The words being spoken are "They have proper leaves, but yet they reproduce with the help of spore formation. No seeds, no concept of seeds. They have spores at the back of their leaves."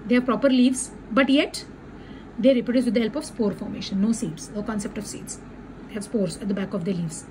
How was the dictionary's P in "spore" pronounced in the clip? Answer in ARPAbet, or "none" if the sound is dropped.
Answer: P